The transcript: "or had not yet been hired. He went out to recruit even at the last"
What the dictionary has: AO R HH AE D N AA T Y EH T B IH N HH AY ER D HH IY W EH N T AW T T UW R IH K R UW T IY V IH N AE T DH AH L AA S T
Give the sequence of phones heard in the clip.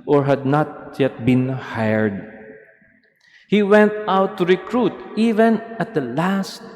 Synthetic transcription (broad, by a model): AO R HH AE D N AA T Y EH T B IH N HH AY ER D HH IY W EH N T AW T T UW R IH K R UW T IY V IH N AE T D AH L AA S T